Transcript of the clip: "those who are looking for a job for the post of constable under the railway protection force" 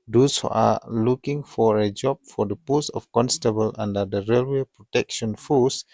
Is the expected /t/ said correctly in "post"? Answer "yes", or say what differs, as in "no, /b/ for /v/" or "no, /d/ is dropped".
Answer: no, /t/ is dropped